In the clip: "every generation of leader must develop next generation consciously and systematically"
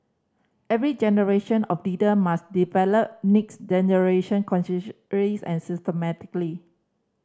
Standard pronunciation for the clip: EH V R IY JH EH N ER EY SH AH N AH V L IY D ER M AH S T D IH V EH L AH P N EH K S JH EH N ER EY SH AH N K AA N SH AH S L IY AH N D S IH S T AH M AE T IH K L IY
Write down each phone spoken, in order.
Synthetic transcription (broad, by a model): EH V R IY JH EH N ER EY SH AH N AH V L IY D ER M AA S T D IH V EH L AH P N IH K S JH EH N ER EY SH AH N K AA N S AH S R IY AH N S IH S T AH M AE T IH K L IY